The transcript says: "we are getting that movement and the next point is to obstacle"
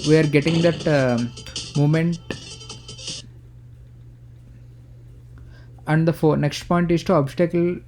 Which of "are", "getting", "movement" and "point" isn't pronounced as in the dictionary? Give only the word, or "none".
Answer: movement